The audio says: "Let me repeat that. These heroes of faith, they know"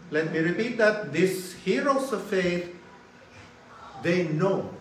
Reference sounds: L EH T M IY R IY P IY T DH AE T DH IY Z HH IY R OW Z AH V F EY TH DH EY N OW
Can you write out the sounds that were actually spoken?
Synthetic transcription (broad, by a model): L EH T M IY R IY P IY T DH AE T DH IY S HH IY R OW S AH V F EY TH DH EY N OW